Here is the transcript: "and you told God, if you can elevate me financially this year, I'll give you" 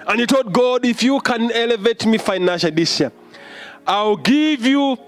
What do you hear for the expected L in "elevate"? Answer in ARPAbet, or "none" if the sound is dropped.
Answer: L